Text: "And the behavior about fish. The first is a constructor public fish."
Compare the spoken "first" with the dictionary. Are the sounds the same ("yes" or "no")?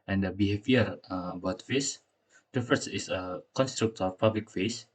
no